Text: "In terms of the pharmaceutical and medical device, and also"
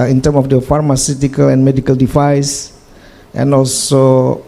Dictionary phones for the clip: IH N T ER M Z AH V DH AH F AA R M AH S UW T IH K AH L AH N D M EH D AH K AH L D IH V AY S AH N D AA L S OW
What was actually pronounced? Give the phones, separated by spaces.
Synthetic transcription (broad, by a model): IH N T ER M AH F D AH F AA R M AH S UW T IH K AH L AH N M EH D AH K AH L D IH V AY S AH N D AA L S OW